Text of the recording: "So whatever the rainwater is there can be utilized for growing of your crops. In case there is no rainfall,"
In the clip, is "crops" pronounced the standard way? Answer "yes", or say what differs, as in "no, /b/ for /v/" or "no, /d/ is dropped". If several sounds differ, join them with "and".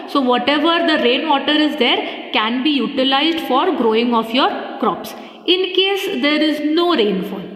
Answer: yes